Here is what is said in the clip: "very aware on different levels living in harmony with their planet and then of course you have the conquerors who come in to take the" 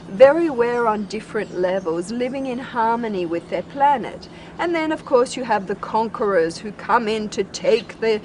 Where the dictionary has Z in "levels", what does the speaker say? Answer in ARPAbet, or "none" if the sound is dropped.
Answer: Z